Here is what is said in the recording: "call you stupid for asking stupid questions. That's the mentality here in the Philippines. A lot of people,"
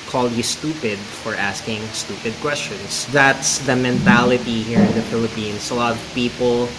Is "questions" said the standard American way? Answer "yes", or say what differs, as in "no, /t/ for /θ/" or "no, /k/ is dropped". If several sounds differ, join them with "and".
no, /s/ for /z/